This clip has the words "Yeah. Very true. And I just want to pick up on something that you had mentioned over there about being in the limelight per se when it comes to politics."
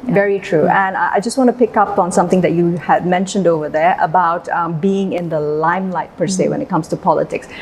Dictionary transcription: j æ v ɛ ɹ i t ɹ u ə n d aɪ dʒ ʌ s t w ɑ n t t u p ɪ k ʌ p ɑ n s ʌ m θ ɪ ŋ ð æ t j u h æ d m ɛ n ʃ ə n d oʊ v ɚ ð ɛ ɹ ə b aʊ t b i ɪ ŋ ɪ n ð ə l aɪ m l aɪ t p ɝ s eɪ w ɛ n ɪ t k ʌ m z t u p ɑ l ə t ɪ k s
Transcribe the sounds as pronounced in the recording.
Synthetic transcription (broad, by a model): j v ɛ ɹ i t ɹ u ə n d aɪ dʒ ʌ s t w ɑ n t t u p ɪ k ʌ p ɑ n s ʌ m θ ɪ ŋ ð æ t j u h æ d m ɛ n ʃ ə n d oʊ v ɚ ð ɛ ɹ ə b aʊ t b i ɪ ŋ ɪ n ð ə l aɪ m l aɪ t p ɝ s eɪ w ɛ n ɪ t k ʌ m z t u p ɑ l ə t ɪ k s